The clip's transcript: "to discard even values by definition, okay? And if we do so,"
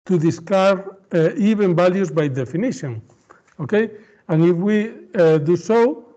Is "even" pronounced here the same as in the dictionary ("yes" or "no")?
no